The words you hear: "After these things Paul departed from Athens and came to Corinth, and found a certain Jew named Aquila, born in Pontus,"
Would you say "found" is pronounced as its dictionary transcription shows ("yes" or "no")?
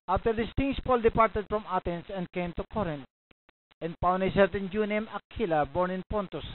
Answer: no